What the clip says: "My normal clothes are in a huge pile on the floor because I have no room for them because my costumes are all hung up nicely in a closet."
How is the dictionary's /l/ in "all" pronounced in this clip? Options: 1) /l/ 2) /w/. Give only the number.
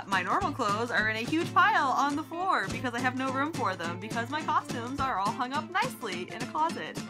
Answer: 1